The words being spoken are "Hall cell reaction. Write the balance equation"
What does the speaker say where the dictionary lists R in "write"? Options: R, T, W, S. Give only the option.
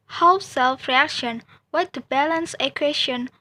W